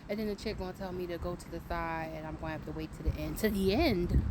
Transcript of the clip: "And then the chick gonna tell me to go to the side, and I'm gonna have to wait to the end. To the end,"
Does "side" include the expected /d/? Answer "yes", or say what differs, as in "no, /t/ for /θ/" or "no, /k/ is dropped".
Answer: no, /d/ is dropped